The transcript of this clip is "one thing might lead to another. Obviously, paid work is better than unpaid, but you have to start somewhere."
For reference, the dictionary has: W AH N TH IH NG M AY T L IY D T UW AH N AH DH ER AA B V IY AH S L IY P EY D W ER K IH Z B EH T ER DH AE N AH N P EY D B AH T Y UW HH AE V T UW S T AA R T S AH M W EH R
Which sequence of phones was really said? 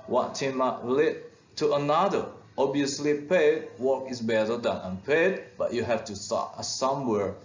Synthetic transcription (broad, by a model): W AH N T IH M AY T L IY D T UW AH N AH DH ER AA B IY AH S L IY P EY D W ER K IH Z B EH T ER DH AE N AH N P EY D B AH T Y UW HH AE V T UW S T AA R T S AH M W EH R